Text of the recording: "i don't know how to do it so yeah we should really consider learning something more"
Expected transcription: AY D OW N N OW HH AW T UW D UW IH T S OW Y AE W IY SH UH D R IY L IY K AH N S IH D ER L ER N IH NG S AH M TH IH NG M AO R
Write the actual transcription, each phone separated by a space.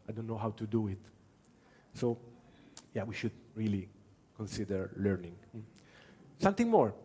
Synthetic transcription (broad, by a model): AY D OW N N OW HH AW T UW D UW IH T S OW Y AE W IY SH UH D R IY L IY K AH N S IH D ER L ER N IH NG S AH M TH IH NG M AO R